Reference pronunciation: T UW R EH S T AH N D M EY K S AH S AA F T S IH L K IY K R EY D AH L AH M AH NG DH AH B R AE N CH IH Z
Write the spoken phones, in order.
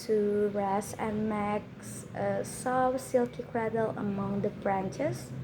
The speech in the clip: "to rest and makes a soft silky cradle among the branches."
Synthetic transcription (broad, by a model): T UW R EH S AH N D M EY K S AH S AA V S IH L K IY K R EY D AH L AH M AH NG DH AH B R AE N CH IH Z